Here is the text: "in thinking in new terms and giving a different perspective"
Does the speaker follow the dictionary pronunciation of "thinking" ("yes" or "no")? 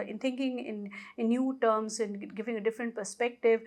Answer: no